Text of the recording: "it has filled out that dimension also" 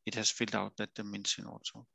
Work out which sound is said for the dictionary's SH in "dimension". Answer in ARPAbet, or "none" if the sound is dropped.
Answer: S